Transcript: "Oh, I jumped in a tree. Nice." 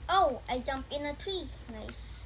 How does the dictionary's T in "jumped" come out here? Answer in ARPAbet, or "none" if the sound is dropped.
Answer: none